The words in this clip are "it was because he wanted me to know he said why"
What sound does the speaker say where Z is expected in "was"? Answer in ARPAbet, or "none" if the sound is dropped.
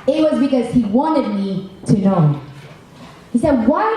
Z